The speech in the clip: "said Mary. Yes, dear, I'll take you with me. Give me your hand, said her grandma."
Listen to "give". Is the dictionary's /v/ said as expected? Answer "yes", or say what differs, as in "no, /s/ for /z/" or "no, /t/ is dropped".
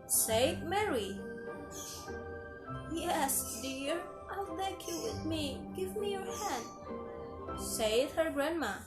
yes